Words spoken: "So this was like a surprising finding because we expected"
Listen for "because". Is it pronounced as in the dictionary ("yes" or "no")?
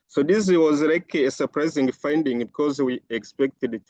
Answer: yes